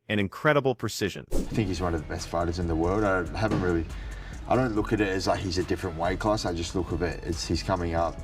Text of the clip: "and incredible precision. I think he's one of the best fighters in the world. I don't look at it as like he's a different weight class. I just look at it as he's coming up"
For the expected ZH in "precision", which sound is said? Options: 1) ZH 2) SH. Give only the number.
1